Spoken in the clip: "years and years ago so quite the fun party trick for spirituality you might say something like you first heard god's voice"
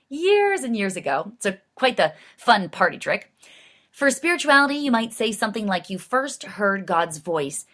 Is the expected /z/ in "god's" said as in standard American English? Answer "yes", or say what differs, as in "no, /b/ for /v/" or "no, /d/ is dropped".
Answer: yes